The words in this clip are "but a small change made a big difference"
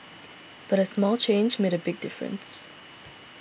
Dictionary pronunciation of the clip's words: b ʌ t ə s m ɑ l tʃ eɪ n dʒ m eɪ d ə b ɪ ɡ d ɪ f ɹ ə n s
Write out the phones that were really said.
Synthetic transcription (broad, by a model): b ʌ t ə s m ɑ l tʃ eɪ n dʒ m eɪ d ə b ɪ ɡ d ɪ f ɹ ə n s